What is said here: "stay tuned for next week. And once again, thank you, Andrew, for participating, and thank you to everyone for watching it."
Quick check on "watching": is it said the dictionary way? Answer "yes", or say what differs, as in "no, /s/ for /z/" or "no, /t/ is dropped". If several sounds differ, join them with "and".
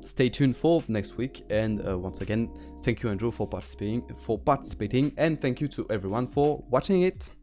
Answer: yes